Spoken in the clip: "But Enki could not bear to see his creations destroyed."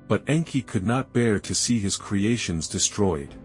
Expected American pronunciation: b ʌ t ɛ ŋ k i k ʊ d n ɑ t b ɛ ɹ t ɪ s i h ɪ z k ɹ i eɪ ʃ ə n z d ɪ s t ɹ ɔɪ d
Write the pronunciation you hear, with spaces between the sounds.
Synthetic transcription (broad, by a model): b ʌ t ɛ ŋ k i k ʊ d n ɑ t b ɛ ɹ t ɪ s i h ɪ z k ɹ i eɪ ʃ ə n z d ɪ s t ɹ ɔɪ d